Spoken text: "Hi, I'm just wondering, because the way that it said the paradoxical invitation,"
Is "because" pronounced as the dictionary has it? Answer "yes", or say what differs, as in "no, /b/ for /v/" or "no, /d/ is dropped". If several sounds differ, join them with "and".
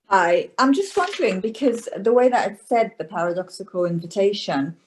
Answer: yes